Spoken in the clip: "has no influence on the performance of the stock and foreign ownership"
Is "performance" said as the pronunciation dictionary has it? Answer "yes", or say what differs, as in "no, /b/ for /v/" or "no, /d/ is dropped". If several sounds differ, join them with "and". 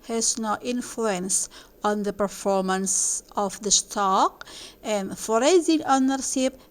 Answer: yes